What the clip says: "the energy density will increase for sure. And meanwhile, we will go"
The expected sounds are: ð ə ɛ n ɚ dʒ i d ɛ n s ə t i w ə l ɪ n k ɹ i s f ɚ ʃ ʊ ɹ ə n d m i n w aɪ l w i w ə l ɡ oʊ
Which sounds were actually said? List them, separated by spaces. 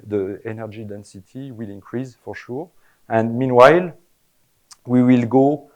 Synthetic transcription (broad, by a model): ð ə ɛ n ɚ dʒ i d ɛ n s ə t i w ə l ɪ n k ɹ i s f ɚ ʃ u ɹ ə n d m i n w aɪ l w i w ə l ɡ oʊ